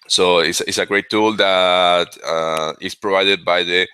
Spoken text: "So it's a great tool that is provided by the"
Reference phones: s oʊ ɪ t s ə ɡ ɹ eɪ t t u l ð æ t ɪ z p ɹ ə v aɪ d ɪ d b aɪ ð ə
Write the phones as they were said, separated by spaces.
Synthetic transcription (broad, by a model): s oʊ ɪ s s ə ɡ ɹ eɪ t t u l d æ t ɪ s p ɹ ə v aɪ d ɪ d b aɪ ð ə